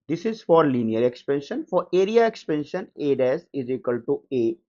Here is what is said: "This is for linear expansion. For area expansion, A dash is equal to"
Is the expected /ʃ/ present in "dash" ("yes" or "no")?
no